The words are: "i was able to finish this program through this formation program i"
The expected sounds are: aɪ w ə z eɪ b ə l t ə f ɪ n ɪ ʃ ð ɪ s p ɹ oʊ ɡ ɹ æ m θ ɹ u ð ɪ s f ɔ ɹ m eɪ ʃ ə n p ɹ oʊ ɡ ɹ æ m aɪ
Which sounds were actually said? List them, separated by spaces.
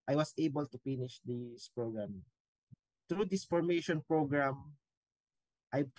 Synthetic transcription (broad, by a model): aɪ w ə s eɪ b ə l t ə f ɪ n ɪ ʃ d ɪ s p ɹ oʊ ɡ ɹ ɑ m t ɹ u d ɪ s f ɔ ɹ m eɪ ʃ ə n p ɹ oʊ ɡ ɹ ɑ m aɪ